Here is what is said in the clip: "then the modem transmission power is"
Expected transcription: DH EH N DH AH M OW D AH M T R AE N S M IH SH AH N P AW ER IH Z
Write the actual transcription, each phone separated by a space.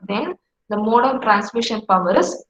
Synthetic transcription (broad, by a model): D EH N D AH M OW D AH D T R AE N S M IH SH AH N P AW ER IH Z